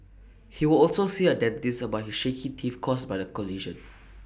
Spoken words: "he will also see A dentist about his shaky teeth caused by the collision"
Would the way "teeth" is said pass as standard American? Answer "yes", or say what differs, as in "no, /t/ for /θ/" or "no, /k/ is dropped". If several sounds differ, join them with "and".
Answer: no, /f/ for /θ/